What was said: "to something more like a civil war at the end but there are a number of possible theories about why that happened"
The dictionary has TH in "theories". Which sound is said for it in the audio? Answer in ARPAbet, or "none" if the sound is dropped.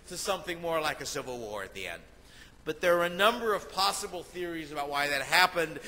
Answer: TH